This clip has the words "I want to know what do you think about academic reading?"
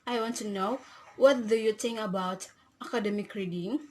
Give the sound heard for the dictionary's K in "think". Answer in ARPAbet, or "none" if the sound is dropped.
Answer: none